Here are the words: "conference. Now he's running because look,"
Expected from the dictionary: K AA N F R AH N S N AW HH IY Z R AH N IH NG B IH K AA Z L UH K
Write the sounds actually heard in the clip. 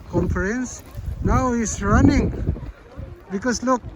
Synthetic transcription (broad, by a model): K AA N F R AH N S N AW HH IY S R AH N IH NG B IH K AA S L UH K